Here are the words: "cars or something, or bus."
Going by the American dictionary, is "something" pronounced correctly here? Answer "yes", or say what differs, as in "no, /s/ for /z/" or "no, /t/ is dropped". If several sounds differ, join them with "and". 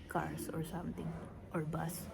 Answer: no, /t/ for /θ/